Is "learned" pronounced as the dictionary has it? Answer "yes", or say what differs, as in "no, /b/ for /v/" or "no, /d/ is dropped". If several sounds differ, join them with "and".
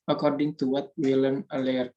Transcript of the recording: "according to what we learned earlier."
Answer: no, /d/ is dropped